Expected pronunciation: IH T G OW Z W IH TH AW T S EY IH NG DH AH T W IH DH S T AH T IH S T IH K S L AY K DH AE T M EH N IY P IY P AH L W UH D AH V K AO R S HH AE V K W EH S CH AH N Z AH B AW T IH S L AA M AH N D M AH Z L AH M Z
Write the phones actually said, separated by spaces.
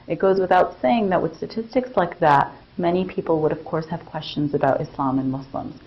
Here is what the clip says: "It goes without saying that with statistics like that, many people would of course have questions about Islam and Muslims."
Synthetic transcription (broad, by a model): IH T G OW Z W IH TH AW T S EY IH NG DH AH T W IH DH S T AH T IH S T IH K S L AY K DH AE T M EH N IY P IY P L W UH D AH V K AO R S HH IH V K W EH S CH AH N Z AH B AW T IH S L AA M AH N M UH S L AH M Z